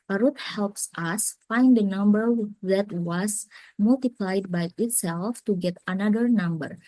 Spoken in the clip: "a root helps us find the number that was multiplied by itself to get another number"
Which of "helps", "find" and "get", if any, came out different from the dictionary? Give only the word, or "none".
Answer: none